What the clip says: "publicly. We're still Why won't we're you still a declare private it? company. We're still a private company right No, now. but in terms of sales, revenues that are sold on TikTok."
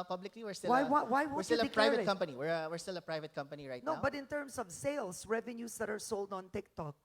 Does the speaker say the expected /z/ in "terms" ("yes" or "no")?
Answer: no